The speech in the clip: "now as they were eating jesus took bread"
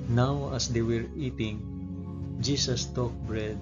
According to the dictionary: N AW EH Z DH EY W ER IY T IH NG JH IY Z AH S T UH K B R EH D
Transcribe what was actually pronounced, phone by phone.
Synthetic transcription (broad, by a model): N AW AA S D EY W ER IY T IH NG JH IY S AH S T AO K B R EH D